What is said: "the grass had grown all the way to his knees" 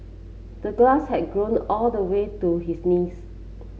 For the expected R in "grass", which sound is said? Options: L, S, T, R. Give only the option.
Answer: L